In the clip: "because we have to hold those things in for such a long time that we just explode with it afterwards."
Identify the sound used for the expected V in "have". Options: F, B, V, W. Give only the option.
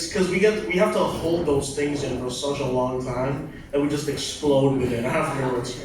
F